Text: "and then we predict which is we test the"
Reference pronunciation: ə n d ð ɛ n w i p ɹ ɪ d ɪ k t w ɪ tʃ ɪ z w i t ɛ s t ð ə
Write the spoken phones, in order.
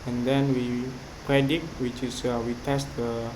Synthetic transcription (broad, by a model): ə n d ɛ n w i p ɹ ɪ d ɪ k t w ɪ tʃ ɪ s w i t ɛ s t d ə